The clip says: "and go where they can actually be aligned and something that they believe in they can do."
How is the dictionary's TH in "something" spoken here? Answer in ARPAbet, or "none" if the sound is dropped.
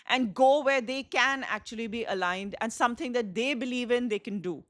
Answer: T